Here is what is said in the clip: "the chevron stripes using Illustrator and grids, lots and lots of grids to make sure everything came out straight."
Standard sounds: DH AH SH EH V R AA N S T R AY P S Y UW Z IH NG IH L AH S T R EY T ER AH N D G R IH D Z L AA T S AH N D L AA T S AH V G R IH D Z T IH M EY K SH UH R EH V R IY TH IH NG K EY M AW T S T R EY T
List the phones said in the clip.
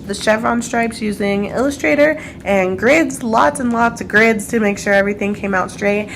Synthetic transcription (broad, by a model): DH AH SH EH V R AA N S T R AY P S Y UW Z IH NG IH L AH S T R EY T ER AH N G R IH D Z L AA T S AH N L AA T S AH G R IH D Z T IH M EY K SH UH R EH V R IY TH IH NG K EY M AW T S T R EY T